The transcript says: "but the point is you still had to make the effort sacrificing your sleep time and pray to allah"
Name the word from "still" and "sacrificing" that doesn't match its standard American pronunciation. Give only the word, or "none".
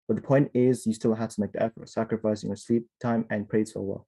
none